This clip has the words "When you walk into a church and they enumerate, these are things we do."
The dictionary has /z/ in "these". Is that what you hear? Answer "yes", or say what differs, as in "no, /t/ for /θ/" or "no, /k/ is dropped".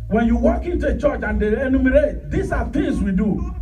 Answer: no, /s/ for /z/